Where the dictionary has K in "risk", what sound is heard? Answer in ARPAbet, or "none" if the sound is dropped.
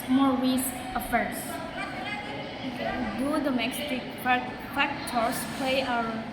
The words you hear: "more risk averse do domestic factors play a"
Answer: none